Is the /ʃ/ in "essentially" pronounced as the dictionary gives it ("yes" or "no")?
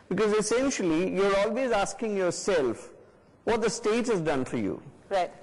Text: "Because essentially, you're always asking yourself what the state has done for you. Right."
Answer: yes